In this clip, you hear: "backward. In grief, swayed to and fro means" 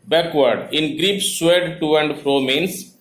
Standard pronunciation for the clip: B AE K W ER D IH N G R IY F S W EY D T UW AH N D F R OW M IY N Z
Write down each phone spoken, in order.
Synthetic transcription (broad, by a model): B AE K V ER D IH N G R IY P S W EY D T UW AH N D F R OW M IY N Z